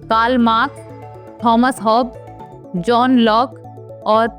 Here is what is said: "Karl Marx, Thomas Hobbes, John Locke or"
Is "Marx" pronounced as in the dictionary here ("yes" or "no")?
no